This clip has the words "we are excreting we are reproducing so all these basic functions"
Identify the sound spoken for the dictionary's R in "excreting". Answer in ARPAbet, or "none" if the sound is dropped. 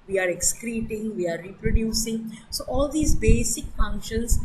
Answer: R